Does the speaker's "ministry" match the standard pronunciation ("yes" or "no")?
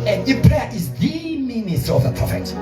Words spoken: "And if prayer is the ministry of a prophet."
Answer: no